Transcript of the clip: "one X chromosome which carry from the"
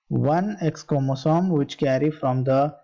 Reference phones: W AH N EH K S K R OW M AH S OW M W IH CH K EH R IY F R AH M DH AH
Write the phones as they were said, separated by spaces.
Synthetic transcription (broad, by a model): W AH N EH K S K OW M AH S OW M W IH CH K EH R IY F R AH M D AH